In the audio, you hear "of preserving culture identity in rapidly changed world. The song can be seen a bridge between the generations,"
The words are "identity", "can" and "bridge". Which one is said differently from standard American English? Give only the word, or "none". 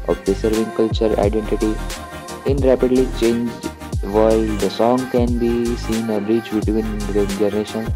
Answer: bridge